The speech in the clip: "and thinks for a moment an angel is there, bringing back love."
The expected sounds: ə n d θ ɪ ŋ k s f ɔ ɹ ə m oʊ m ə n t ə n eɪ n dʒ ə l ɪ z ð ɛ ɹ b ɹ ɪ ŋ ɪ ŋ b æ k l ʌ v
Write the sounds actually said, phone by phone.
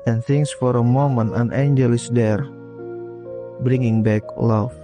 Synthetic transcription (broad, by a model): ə n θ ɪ ŋ s f ɔ ɹ ə m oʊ m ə n ə n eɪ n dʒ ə l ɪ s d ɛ ɹ b ɹ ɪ ŋ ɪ ŋ b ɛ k l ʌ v